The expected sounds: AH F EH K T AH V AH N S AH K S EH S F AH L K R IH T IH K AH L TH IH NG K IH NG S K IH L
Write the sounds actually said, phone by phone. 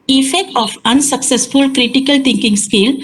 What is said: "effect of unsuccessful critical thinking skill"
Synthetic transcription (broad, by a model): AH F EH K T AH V AH N S AH K S EH S F AH L K R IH T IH K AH L T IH NG K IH NG S K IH L